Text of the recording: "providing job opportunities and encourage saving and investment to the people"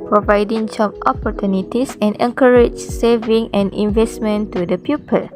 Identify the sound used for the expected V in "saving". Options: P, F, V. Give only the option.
V